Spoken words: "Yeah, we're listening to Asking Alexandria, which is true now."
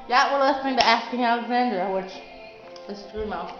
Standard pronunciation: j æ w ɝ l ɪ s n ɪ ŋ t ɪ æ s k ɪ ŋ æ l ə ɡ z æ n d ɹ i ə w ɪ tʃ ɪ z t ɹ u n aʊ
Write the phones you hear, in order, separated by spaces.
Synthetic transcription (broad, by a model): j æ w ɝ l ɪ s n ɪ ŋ t ɪ æ s k ɪ ŋ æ l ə ɡ z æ n d ɹ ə w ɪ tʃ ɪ s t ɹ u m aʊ